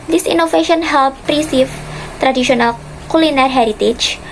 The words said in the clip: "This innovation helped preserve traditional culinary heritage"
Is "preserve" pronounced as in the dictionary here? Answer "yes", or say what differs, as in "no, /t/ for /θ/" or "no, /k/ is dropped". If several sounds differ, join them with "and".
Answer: no, /s/ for /z/